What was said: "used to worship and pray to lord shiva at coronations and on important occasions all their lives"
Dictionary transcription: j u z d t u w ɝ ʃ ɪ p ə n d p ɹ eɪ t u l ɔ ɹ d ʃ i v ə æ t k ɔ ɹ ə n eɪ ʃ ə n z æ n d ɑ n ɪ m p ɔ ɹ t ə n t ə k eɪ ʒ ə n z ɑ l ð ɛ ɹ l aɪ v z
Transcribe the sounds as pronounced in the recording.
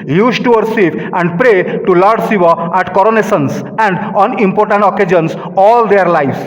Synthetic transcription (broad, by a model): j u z t u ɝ s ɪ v ə n d p ɹ eɪ t u l ɔ ɹ d s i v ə æ t k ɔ ɹ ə n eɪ s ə n s æ n d ɑ n ɪ m p ɔ ɹ t ə n t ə k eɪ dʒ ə n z ɑ l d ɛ ɹ l aɪ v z